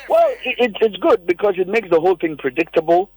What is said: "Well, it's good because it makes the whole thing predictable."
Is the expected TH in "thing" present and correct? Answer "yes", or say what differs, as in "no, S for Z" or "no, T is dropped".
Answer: yes